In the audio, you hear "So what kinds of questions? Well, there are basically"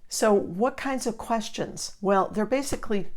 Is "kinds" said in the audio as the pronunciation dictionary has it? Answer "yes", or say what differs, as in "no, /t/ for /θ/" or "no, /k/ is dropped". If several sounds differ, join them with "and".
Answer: yes